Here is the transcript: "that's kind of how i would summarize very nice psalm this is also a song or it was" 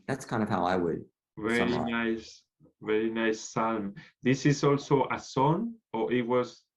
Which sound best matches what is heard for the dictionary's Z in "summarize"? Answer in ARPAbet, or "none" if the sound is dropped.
S